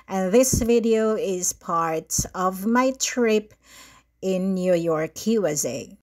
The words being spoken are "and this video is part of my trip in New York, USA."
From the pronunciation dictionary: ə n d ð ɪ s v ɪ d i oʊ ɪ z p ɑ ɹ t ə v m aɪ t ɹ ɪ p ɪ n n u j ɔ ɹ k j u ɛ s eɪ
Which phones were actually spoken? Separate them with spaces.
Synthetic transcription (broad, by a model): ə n ð ɪ s v ɪ d i oʊ ɪ z p ɑ ɹ t ə v m aɪ t ɹ ɪ p ɪ n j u j ɔ ɹ k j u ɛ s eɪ